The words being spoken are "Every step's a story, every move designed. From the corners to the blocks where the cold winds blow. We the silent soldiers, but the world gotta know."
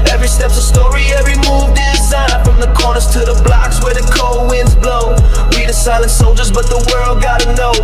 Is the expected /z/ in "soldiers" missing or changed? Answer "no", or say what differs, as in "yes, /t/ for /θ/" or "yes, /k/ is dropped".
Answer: no